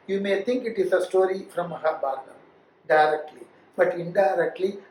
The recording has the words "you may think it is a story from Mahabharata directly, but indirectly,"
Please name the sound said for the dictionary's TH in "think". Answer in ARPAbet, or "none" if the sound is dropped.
T